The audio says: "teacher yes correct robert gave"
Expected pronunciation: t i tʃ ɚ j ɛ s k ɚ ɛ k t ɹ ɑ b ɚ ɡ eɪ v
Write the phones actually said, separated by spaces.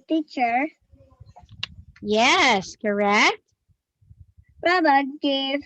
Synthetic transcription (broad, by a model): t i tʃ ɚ j ɛ s k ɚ ɛ k t ɹ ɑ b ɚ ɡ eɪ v